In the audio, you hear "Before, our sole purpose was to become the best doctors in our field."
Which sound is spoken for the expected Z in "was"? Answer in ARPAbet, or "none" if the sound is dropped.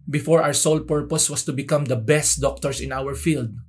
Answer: S